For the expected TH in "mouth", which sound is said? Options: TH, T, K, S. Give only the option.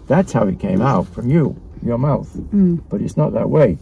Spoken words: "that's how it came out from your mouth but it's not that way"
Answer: TH